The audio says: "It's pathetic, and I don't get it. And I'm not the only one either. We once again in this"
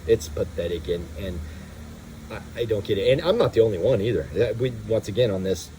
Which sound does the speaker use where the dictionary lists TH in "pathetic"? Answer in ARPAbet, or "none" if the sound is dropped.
TH